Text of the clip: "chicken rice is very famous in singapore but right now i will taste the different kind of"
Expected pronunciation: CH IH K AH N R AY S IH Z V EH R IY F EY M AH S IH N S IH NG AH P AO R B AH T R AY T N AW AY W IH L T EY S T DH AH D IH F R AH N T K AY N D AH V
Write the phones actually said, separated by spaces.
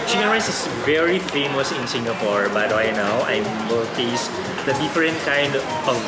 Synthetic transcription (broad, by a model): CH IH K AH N R AY S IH S V EH R IY F EY M AH S IH N S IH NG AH P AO R B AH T W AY N AW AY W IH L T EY S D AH D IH F R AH N T K AY N D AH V